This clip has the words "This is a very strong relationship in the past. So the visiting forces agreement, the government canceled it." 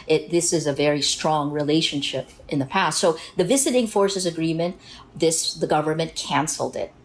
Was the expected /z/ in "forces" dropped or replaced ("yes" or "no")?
no